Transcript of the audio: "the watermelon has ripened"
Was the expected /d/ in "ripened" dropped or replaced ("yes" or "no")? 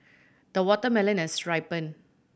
yes